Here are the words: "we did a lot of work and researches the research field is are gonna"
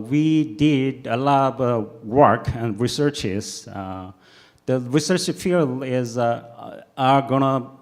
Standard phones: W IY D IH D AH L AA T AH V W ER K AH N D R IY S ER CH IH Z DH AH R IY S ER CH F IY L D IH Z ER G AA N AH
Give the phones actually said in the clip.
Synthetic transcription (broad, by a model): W IY D IH D AH L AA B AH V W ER K AH N D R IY S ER CH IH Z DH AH R IY S ER CH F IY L IH Z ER G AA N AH